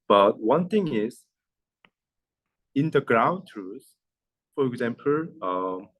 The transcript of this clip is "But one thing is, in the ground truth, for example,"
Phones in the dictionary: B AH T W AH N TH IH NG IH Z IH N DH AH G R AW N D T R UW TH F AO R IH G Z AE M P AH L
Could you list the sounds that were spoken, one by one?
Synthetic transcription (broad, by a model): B AH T W AH N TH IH NG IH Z IH N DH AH G R AW N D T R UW S F AO R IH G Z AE M P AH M